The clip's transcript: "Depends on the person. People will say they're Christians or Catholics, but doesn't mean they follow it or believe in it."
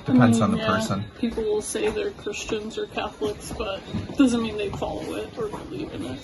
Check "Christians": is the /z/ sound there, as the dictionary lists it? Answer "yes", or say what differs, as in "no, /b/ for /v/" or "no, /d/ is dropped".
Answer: yes